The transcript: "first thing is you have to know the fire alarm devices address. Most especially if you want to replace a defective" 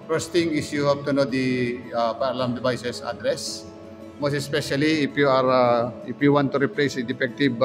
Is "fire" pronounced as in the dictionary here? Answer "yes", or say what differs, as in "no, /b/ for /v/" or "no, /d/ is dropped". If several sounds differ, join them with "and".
no, /p/ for /f/